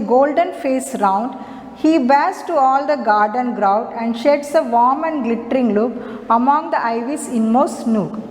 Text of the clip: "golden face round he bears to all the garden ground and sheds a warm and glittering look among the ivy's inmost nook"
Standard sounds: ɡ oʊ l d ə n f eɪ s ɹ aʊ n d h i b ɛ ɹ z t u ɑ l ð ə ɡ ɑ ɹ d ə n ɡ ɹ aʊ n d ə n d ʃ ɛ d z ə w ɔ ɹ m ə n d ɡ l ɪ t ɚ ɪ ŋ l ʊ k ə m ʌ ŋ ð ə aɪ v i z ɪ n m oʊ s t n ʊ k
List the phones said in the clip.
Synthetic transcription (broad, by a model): ɡ oʊ l d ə n f eɪ s ɹ aʊ n d h i b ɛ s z t u ɑ l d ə ɡ ɑ ɹ d ə n ɡ ɹ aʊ d ə n d ʃ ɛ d s ə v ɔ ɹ m ə n d ɡ l ɪ t ɚ ɪ ŋ l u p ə m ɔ ŋ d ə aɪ v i s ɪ n m oʊ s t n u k